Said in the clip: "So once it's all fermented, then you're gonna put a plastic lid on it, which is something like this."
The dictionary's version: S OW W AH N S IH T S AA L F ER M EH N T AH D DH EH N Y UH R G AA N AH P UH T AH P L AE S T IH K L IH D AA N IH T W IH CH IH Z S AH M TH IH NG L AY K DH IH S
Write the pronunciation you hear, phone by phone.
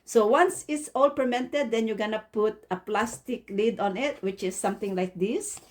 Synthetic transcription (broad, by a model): S OW W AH N S IH T S AA L P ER M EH N T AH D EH N Y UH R G AA N AH P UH T AH P L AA S T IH K L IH D AA N IH T W IH CH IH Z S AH M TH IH NG L AY K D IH S